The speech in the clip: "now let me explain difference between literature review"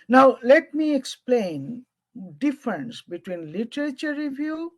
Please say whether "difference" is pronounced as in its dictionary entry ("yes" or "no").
yes